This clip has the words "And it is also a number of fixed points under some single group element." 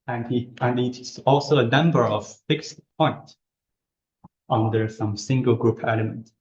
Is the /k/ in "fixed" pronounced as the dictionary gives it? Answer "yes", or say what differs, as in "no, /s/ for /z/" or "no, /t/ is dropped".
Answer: yes